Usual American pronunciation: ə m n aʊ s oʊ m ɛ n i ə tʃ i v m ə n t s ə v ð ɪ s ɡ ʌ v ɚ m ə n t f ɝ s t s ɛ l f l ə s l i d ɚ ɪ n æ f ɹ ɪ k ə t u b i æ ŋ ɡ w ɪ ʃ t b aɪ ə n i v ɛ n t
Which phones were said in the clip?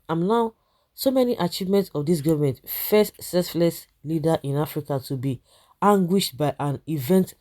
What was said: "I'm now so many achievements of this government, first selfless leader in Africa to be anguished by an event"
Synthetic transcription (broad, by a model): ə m n aʊ s oʊ m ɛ n i ə tʃ i v m ə n t s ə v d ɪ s ɡ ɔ v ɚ m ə n t f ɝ s t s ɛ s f l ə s l i d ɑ ɪ n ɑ f ɹ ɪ k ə t u b i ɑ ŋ ɡ w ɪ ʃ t b aɪ ə n i v ɛ n t